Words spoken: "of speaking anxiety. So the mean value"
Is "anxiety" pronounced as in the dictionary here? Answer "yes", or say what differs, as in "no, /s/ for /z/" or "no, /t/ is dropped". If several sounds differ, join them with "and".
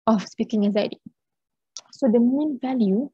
no, /ŋ/ is dropped